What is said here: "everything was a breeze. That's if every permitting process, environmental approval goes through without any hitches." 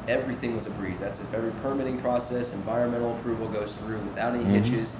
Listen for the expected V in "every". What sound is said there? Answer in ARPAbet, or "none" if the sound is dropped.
none